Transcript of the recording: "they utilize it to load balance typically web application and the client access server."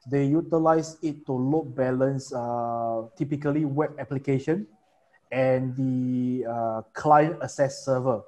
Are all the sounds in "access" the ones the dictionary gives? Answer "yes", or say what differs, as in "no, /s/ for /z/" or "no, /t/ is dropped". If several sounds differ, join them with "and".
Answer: no, /k/ is dropped